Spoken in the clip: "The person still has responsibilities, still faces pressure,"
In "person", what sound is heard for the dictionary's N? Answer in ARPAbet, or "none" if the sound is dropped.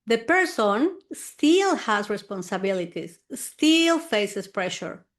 N